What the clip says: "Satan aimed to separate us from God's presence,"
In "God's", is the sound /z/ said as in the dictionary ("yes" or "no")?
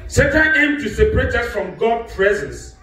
no